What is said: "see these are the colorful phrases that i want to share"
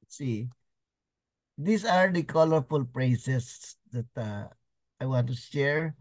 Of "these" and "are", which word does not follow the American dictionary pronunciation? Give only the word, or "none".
these